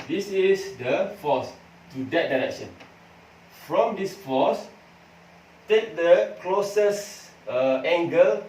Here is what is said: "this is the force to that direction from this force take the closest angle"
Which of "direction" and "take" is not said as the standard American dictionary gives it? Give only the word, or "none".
none